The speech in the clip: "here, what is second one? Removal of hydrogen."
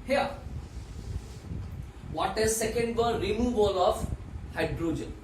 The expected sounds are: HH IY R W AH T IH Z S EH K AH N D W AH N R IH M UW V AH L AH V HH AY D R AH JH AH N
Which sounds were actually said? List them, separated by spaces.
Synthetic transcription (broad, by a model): HH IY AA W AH T IH Z S EH K AH N D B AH L R IH M UW V AH L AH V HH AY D R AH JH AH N